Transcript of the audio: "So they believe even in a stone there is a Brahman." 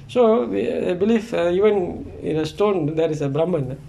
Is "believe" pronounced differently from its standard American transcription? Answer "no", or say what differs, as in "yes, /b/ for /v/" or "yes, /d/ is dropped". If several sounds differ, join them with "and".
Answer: yes, /f/ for /v/